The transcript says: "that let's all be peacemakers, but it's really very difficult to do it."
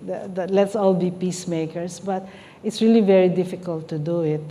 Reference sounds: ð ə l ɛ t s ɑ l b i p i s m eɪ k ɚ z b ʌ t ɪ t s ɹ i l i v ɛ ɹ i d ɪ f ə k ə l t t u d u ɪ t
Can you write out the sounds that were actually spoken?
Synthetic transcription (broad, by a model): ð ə l ɛ t s ɑ l b i p i s m eɪ k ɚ s b ʌ t ɪ t s ɹ i l i v ɛ ɹ i d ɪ f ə k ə l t t u d u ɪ t